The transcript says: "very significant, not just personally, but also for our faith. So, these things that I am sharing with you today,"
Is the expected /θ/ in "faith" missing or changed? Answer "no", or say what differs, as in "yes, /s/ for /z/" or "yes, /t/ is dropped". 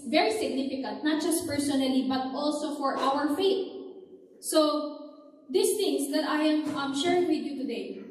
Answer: yes, /t/ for /θ/